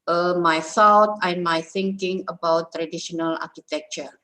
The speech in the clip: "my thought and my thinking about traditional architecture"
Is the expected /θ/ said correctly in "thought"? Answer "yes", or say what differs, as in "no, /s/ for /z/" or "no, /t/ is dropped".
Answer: no, /s/ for /θ/